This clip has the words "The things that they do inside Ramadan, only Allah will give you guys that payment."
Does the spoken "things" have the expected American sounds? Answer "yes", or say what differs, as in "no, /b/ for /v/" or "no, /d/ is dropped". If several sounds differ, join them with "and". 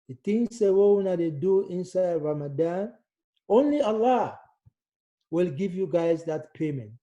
no, /s/ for /θ/